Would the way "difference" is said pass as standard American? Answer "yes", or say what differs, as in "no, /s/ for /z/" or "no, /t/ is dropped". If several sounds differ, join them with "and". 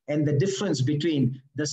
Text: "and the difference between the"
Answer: yes